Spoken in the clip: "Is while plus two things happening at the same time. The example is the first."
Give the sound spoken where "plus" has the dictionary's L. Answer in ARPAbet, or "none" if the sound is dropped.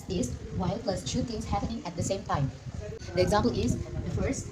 L